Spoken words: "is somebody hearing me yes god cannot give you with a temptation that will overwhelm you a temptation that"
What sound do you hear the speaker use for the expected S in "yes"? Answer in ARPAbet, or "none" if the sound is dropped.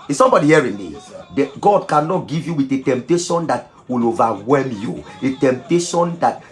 none